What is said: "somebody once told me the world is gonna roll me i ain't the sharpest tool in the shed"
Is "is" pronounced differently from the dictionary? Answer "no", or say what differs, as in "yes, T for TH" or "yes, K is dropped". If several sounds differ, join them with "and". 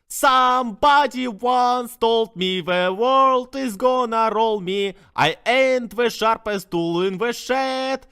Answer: no